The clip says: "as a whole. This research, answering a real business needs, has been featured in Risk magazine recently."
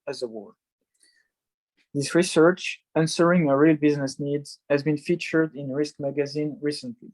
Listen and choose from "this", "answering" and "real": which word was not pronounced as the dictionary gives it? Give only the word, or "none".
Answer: none